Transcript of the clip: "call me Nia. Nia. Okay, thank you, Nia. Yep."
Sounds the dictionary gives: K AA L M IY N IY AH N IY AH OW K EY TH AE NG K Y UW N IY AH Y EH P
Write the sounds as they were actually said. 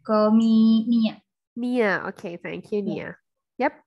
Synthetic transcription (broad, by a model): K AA M IY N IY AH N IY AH OW K EY F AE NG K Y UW N IY AH Y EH P